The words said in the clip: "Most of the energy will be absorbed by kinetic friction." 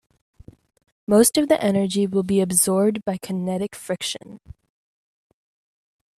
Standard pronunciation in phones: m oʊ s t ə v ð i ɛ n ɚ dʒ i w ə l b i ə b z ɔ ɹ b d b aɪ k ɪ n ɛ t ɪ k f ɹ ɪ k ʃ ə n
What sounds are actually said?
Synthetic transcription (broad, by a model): m oʊ s t ə v ð i ɛ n ɚ dʒ i w ə l b i ə b z ɔ ɹ b d b aɪ k ɪ n ɛ t ɪ k f ɹ ɪ k ʃ ə n